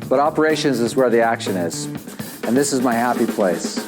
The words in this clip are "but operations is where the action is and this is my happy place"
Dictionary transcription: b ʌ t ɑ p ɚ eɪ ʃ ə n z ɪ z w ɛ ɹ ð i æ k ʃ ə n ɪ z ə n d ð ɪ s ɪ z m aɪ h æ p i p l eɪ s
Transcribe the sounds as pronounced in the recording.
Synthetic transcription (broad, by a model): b ʌ t ɑ p ɚ eɪ ʃ ə n z ɪ z w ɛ ɹ ð i æ k ʃ ə n ɪ z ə n ð ɪ s ɪ z m aɪ h æ p i p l eɪ s